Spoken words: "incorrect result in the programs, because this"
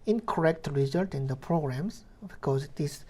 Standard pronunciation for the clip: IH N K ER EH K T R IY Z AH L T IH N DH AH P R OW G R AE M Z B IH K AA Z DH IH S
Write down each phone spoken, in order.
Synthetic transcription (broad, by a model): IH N K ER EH K T R IY Z AH L T IH N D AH P R OW G R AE M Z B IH K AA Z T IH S